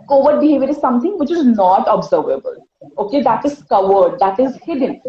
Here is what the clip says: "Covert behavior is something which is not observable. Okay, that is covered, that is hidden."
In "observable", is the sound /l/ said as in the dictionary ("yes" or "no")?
yes